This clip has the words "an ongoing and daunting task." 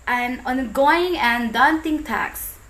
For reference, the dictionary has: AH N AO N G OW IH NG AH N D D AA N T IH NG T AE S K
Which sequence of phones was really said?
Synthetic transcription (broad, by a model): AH N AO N G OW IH NG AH N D D AA N T IH NG T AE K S